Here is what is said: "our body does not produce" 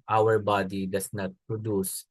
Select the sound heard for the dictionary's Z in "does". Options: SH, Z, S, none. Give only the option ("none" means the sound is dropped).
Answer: S